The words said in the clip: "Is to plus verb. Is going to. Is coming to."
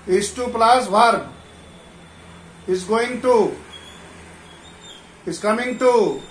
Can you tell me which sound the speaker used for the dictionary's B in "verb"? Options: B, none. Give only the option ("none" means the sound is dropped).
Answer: none